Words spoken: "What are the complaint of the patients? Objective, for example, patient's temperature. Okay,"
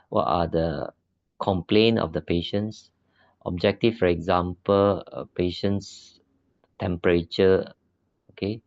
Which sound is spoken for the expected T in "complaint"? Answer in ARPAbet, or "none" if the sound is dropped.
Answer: none